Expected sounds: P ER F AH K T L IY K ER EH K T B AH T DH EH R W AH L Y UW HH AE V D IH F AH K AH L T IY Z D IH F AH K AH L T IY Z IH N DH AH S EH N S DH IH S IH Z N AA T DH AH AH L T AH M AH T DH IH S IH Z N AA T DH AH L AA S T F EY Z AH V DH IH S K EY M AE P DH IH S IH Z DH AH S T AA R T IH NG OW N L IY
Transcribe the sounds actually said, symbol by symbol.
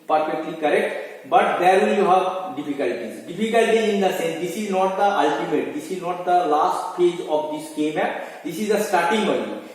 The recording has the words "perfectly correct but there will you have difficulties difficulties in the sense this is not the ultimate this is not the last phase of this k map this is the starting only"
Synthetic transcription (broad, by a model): P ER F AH K T L IY K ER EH K T B AH T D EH R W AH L Y UW HH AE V D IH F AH K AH L T IY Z D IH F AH K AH L T IY IH N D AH S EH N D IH S IH Z N AA T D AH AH L T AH M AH T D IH S IH Z N AA T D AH L AA S T P EY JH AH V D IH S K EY M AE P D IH S IH Z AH S T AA R T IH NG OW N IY